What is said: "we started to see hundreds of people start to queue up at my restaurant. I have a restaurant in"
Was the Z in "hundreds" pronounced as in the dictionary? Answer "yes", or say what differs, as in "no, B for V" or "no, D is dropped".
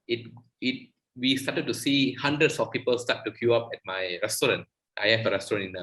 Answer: no, S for Z